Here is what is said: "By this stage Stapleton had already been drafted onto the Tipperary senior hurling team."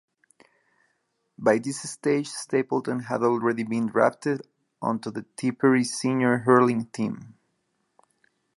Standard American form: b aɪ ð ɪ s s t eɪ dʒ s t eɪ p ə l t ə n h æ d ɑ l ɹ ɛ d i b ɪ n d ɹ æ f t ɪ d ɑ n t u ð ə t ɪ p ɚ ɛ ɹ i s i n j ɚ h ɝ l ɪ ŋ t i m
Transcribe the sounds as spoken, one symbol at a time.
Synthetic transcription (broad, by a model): b aɪ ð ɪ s s t eɪ dʒ s t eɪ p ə l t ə n h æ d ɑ l ɹ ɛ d i b ɪ n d ɹ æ p t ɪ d ɑ n t u ð ə t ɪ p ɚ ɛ ɹ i s i n j ɚ h ɝ l ɪ ŋ t i m